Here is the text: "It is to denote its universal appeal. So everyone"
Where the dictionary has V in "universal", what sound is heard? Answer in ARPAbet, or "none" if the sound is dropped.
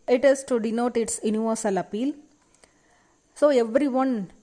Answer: V